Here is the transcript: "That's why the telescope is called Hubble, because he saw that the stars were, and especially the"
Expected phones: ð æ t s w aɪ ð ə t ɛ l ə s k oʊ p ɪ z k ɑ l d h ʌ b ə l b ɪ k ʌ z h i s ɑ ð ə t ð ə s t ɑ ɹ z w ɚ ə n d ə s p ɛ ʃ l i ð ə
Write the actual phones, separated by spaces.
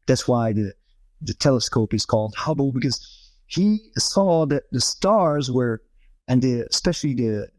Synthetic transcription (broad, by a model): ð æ t s w aɪ ð ə t ɛ l ə s k oʊ p ɪ z k ɑ l d h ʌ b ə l b ɪ k ʌ z h i s ɑ ð ə t ð ə s t ɑ ɹ z w ɚ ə n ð ə s p ɛ ʃ l i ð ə